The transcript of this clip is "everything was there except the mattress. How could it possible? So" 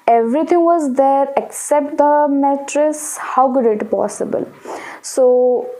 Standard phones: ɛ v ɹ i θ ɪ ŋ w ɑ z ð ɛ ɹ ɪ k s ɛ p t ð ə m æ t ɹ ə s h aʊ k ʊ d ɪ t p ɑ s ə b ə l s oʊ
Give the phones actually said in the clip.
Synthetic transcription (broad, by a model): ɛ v ɹ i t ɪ ŋ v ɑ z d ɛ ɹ ɪ k s ɛ p t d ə m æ t ɹ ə s h aʊ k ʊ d ɪ t p ɑ s ə b ə l s oʊ